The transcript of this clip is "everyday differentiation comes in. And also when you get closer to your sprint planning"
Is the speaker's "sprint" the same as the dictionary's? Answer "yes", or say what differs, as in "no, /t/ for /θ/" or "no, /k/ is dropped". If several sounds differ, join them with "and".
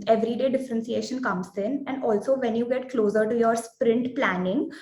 yes